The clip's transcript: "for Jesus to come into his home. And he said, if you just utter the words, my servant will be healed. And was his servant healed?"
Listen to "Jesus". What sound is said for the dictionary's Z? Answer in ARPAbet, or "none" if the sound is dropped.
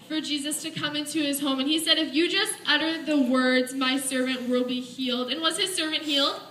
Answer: Z